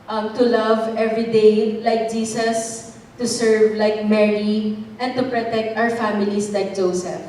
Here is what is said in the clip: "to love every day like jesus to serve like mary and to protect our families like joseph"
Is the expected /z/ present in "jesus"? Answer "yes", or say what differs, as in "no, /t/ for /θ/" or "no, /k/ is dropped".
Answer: no, /s/ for /z/